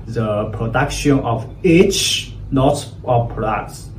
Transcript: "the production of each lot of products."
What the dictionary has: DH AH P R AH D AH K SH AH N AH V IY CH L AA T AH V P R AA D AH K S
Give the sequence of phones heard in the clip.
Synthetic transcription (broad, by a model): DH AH P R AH D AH K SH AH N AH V IY CH N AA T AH P P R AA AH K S